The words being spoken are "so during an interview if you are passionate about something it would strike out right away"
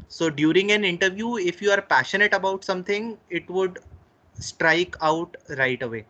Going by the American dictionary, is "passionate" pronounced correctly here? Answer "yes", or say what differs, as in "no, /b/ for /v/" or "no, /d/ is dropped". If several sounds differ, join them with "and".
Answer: yes